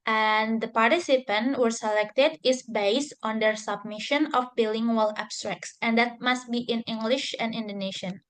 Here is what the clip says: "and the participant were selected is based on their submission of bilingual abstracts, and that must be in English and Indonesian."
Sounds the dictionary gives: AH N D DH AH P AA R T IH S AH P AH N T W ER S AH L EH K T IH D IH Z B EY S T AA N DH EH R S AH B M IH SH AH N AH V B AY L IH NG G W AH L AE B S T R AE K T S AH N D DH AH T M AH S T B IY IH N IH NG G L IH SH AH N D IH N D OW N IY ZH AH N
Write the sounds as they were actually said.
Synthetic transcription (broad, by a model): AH N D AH P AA R T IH S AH P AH N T W ER S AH L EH K T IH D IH S B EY S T AA N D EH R S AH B M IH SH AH N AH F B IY L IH NG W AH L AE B S T R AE K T S AH N D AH T M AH S T B IY IH N IH NG G L IH SH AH N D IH N D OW N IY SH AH N